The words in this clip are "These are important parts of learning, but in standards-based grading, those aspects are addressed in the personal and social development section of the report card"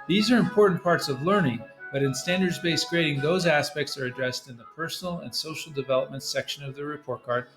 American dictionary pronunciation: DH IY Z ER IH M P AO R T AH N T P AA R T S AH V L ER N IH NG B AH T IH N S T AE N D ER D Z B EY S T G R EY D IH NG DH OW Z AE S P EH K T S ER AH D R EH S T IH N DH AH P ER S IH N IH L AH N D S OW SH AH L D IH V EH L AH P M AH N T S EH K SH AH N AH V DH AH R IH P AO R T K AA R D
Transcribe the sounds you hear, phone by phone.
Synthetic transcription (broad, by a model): DH IY Z ER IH M P AO R T N P AA R T S AH V L ER N IH NG B AH T IH N S T AE N D ER D Z B EY S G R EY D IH NG DH OW Z AE S P EH K T S ER AH D R EH S T IH N DH AH P ER S N L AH N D S OW SH L D IH V EH L AH P M AH N T S EH K SH AH N AH V DH AH R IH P AO R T K AA R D